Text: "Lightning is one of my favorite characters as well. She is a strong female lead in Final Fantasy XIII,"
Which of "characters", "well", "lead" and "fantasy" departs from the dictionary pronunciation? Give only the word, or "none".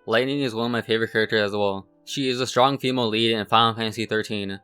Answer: fantasy